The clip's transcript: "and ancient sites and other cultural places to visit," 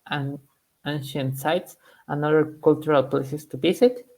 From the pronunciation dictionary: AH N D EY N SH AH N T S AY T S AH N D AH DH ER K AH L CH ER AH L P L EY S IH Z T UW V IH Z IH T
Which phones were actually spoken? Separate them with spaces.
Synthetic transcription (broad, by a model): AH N EY N SH AH N T S AY T S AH N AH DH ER K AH L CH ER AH L P L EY S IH S T UW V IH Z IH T